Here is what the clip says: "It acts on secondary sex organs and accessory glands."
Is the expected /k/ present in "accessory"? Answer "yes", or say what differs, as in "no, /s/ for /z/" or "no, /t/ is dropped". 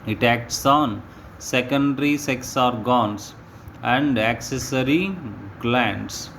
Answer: yes